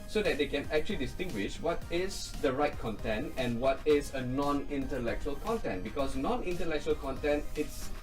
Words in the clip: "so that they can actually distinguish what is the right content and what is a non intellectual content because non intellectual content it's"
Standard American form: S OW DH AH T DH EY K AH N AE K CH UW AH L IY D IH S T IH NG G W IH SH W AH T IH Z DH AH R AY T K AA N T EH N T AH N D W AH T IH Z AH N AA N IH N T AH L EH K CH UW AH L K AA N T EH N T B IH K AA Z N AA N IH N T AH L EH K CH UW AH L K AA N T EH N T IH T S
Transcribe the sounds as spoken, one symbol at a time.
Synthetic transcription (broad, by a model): S OW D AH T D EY K AH N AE K CH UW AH L IY D IH S T IH NG G W IH SH W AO T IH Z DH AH R AY T K AA N T EH N T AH N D W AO T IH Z AH N AA N IH N T AH L EH K CH UW AH L K AA N T EH N T B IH K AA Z N AA N IH N T AH L EH K CH UW AH L K AA N T EH N T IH T S